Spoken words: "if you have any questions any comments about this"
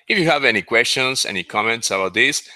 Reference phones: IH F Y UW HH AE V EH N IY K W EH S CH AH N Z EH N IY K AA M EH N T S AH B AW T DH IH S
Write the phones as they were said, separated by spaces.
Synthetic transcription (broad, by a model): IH F Y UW HH AE V EH N IY K W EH S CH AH N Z EH N IY K AA M EH N T S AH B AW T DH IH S